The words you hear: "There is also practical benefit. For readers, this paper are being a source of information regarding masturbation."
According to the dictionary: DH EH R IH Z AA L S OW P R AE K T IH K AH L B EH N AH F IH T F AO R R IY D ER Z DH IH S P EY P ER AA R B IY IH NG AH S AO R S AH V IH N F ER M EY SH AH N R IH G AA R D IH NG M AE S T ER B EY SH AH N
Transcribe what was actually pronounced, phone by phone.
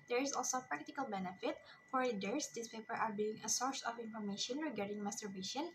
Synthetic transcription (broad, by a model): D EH R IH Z AA L S OW P R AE K T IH K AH L B EH N AH F IH T F AO R L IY D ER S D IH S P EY P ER AA R B IY IH NG AH S AO R S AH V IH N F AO M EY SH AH N R IH G AA R D IH NG M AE S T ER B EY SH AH N